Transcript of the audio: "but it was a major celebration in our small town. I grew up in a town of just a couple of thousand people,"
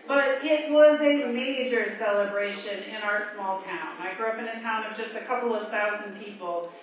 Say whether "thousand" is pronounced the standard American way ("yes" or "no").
yes